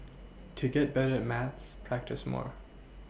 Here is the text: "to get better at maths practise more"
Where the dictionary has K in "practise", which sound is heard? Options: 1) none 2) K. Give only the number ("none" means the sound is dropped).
2